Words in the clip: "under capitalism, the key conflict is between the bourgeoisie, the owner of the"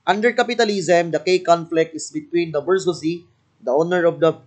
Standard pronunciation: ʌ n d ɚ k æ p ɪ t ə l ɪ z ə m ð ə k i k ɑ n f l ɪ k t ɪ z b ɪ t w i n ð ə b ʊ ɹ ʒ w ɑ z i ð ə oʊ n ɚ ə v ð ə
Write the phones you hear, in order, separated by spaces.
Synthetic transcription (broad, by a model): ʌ n d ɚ k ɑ p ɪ t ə l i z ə m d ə k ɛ k ɑ n f l ɪ k t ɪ s b ɪ t w i n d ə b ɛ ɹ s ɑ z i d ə oʊ n ɚ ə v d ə